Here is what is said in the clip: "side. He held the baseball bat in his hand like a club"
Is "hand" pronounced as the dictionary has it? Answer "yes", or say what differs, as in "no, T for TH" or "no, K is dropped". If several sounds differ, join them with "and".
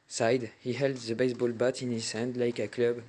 yes